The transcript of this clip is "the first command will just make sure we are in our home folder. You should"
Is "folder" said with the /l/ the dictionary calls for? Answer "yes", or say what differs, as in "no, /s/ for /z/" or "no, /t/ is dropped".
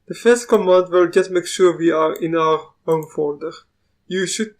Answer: no, /n/ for /l/